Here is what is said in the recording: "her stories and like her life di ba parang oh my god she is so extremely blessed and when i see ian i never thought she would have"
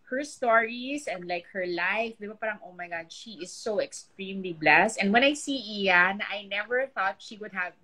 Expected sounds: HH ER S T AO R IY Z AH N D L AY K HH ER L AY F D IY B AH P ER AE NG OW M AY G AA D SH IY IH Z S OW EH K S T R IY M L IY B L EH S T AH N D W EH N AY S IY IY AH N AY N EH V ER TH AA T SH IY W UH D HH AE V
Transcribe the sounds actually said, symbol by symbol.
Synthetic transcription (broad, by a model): HH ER S T AO R IY S AH N D L AY K HH ER L AY F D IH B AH P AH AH NG OW M AY G AA D SH IY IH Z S OW EH K S T R IY M L IY B L EH S T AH N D W EH N AY S IY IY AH N AY N EH V ER TH AA T SH IY W UH D HH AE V